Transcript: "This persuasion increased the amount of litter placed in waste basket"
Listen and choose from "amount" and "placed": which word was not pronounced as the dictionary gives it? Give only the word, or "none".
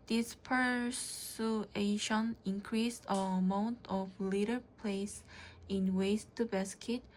placed